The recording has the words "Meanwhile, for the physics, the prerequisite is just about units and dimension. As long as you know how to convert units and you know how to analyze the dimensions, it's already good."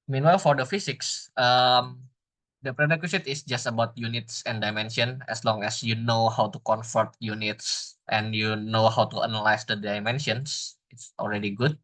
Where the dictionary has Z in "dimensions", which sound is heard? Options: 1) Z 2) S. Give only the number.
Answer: 2